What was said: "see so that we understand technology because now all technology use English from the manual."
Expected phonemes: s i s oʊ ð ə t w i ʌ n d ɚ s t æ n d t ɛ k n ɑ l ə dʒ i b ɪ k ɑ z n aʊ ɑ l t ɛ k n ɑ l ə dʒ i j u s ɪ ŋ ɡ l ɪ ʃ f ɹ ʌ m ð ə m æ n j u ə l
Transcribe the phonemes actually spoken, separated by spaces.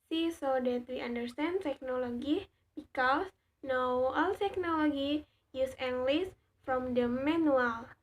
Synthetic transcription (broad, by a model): s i s oʊ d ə t w i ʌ n d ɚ s t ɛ n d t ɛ k n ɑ l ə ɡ i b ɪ k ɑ s n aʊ ɑ l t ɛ k n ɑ l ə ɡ i j u s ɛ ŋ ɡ l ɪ s f ɹ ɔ m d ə m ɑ n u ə l